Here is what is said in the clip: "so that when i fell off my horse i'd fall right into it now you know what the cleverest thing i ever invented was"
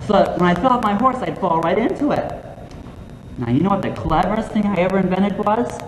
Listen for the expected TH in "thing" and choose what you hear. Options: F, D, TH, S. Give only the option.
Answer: TH